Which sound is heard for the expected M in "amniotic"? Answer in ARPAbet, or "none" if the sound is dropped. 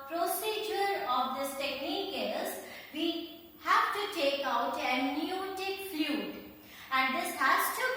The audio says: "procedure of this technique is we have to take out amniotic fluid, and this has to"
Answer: none